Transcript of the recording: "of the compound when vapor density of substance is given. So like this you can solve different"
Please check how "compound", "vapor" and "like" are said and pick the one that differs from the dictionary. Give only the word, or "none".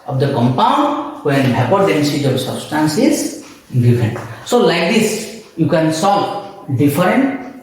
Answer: vapor